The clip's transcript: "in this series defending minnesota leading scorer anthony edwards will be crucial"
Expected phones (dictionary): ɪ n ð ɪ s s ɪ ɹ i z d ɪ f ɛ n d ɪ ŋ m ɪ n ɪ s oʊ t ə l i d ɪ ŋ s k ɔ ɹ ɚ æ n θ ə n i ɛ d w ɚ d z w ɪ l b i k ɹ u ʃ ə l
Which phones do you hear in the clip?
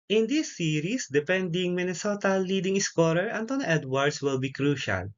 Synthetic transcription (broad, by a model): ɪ n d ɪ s s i ɹ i s d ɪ p ɛ n d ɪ ŋ m ɪ n ɪ s oʊ t ə l i d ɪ ŋ s k ɔ ɹ ɚ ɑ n t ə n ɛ d w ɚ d s w ɪ l b i k ɹ u ʃ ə l